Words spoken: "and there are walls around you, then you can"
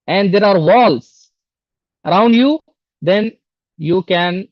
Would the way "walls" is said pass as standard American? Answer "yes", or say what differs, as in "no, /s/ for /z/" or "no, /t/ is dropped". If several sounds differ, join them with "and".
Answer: no, /s/ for /z/